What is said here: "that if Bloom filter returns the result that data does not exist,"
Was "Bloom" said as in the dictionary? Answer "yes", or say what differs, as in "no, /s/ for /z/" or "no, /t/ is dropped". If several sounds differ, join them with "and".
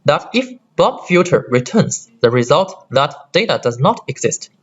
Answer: no, /l/ is dropped